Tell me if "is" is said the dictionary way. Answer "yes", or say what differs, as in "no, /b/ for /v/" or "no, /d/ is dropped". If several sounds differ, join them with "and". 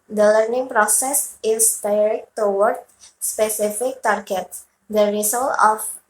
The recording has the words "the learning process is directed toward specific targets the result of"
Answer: no, /s/ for /z/